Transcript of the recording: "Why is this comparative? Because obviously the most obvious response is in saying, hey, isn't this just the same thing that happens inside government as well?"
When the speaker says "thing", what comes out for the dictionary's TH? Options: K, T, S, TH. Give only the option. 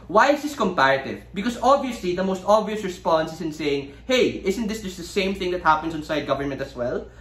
TH